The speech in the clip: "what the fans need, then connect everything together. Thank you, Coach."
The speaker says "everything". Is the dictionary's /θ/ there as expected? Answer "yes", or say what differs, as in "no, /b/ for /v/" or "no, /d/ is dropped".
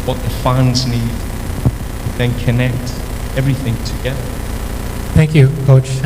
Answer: yes